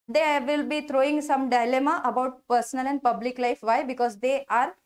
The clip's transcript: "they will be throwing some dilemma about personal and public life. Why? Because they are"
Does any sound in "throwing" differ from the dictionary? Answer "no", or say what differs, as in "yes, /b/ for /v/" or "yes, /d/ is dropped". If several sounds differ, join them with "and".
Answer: yes, /t/ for /θ/